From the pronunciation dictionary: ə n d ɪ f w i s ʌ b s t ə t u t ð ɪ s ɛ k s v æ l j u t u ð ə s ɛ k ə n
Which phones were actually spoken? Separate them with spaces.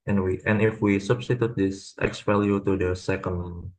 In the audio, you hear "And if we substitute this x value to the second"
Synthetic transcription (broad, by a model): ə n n ɪ f w i s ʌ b s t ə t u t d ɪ s ɛ k s p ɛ l j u t u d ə s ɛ k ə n